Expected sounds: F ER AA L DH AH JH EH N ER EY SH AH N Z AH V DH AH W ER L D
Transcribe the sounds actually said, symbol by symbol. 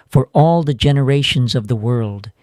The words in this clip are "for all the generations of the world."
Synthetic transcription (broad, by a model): F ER AA L DH AH JH EH N ER EY SH AH N Z AH V DH AH W ER L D